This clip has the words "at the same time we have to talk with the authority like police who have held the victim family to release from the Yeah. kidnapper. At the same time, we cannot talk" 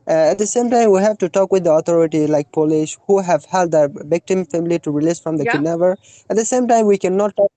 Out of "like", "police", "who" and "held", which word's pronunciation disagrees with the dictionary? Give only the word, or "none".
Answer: police